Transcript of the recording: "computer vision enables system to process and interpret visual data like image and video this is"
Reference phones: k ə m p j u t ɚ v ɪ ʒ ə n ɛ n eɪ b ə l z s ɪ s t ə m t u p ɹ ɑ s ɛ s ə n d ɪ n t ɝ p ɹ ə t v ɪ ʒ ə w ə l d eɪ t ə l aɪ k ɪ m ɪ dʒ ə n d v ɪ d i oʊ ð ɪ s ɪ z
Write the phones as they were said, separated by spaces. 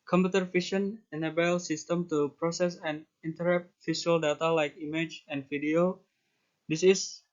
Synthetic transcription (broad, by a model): k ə m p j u t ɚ f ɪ ʃ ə n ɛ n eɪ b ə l s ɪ s t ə m t u p ɹ ɑ s ɛ s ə n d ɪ n t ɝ ɹ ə t f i ʃ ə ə l d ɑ t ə l aɪ k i m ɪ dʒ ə n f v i d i oʊ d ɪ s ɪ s